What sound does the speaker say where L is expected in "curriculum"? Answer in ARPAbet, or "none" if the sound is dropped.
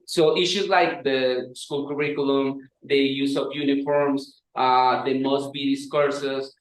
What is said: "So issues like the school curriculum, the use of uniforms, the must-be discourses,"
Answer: L